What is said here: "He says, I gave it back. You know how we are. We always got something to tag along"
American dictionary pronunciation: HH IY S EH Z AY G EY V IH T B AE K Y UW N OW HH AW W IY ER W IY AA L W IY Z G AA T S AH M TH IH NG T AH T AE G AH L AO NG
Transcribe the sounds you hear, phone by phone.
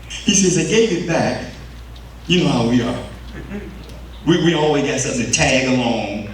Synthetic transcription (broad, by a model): HH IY S EH Z AY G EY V IH T B AE K Y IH N OW HH AW W IY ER W IY AA L W IY Z G AA T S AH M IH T T AE G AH L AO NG